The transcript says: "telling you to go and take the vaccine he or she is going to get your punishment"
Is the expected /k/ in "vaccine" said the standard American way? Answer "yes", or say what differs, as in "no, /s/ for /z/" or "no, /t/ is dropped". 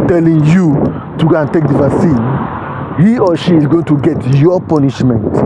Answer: no, /k/ is dropped